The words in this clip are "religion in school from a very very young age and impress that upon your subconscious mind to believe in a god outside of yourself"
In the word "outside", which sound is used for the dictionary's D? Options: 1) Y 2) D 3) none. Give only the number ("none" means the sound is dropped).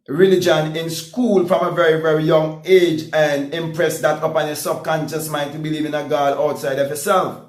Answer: 2